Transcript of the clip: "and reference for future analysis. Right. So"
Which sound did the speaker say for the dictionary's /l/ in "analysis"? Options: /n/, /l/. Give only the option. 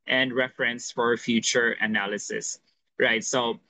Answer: /l/